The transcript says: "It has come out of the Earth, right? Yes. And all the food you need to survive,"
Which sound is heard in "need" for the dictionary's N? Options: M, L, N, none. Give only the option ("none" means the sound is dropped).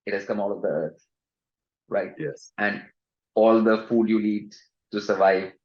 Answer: L